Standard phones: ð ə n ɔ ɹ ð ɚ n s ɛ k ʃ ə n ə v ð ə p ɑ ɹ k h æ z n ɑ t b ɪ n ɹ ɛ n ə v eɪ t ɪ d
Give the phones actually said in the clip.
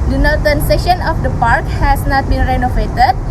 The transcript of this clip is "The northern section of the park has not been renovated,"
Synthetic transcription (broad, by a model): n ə n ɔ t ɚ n s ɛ ʃ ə n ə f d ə p ɑ ɹ k h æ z n ɑ t b ɪ n ɹ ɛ n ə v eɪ t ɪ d